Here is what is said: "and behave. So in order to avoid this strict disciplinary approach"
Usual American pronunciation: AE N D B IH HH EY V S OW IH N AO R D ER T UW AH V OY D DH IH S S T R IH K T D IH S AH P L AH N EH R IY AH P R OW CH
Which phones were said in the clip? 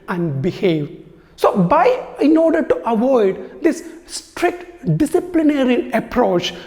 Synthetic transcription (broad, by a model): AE N D B IH HH EY V S OW IH N AO R D ER T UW AH V OY D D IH S S T R IH K T D IH S AH P L AH N EH R IY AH P R OW CH